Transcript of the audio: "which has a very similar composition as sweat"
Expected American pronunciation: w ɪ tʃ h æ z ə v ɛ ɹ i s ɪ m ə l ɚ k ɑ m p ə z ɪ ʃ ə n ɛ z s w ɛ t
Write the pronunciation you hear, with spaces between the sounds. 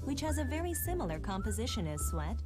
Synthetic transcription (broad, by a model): w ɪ tʃ h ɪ z ə v ɛ ɹ i s ɪ m l ɚ k ɑ m p ə z ɪ ʃ ə n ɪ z s w ɛ t